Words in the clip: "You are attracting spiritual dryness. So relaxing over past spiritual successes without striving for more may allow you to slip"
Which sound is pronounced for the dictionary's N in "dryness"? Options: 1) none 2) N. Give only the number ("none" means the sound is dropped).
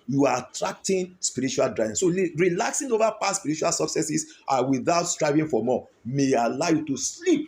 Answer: 1